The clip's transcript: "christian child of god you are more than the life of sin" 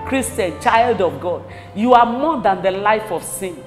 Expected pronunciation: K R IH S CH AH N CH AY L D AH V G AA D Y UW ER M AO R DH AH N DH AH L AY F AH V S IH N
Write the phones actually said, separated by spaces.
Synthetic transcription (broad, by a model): K R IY S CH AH N CH AY L D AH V G AA D Y UW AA M AO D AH N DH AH L AY F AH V S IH N